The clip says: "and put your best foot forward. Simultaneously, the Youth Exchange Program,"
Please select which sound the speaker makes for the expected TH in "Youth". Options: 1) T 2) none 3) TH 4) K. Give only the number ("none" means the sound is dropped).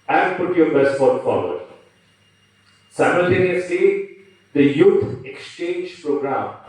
1